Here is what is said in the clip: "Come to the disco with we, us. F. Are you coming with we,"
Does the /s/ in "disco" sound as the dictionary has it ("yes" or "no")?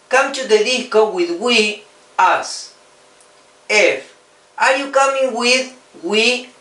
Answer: no